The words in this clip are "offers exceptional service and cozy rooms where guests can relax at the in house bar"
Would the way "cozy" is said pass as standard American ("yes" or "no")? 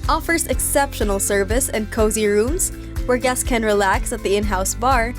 yes